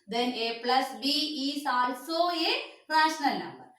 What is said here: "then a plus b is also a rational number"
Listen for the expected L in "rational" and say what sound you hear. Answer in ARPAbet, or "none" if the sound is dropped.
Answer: L